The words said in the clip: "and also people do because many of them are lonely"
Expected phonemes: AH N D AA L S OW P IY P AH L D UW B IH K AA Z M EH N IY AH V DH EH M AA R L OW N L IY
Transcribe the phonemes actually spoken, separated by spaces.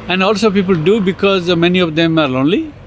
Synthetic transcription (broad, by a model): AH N D AA L S OW P IY P AH L D UW B IH K AA Z M EH N IY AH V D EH M AA R L OW N L IY